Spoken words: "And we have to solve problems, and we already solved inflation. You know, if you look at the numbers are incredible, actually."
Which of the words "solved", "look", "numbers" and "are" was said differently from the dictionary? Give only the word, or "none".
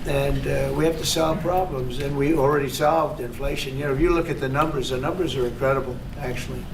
none